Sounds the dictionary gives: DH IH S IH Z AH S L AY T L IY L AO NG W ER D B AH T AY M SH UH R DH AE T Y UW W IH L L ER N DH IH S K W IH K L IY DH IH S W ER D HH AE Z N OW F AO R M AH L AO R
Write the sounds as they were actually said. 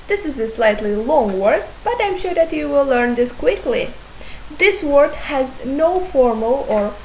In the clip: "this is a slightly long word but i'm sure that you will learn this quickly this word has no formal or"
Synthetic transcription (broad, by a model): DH IH S IH Z AH S L AY T L IY L AO NG W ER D B AH T AY M SH UH R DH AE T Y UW W IH L L ER N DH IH S K W IH K L IY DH IH S W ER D HH AE Z N OW F AO R M AH L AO R